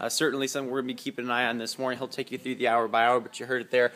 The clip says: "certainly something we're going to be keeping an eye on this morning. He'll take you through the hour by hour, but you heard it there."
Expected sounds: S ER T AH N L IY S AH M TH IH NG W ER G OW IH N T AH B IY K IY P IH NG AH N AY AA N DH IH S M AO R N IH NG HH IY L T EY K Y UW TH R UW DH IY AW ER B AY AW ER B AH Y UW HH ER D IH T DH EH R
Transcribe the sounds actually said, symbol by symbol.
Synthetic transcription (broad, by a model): S ER T N L IY S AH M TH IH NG W ER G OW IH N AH B IY K IY P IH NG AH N AY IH N DH IH S M AO R N IH NG HH IY L T EY K Y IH TH R UW DH IY AW ER B AY AW ER B AH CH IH HH ER D IH T DH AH R